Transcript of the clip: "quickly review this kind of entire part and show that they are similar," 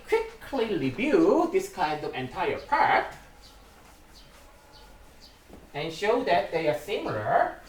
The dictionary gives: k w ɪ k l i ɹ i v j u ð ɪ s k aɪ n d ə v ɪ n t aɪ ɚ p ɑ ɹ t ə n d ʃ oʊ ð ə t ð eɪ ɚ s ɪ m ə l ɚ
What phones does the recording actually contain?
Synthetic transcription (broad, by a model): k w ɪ k l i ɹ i b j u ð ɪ s k aɪ n d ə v ɪ n t aɪ ɚ p ɑ ɹ t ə n ʃ oʊ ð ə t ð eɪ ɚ s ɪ m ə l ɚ